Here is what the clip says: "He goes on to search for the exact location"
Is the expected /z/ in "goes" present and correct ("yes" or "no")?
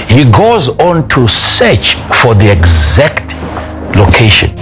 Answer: yes